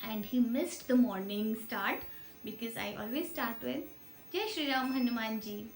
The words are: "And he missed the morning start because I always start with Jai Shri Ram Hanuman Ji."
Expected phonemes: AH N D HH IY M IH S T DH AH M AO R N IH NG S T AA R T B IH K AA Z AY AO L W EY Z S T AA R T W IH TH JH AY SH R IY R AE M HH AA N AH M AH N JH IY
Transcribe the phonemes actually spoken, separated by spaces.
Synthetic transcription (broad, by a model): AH N D HH IY M IH S T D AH M AO R N IH NG S T AA R T B IH K AA Z AY AO L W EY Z S T AA R T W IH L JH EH SH R IY R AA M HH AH N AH M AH N JH IY